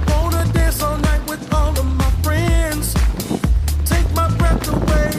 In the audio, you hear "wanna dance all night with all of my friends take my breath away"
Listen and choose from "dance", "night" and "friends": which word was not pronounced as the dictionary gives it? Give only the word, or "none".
dance